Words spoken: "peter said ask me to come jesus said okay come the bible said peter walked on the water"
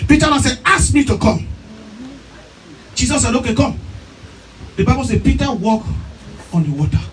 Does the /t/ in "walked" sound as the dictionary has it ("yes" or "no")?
no